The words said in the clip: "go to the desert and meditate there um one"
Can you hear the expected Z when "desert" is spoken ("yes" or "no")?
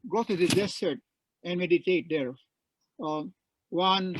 no